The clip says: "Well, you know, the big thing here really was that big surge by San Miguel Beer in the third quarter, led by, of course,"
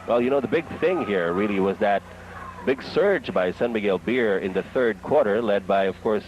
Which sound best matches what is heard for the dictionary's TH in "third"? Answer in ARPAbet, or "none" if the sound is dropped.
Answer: TH